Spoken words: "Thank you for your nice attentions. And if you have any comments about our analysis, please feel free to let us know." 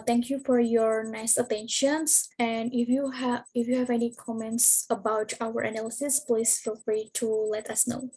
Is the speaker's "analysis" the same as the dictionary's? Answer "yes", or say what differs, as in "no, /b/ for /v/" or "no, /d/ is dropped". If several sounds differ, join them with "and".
yes